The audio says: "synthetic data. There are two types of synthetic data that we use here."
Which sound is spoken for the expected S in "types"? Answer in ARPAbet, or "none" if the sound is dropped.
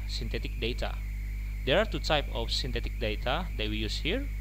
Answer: none